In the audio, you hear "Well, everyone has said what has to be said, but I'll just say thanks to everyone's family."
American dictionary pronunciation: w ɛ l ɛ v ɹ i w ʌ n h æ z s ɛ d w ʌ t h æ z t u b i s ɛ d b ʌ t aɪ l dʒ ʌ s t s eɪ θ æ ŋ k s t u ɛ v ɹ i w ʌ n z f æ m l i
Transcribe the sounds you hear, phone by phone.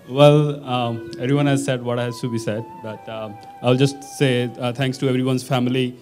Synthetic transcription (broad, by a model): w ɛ l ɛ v ɹ i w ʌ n h æ z s ɛ d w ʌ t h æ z t u b i s ɛ d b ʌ t aɪ l dʒ ʌ s t s eɪ t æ ŋ k s t u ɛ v ɹ i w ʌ n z f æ m l i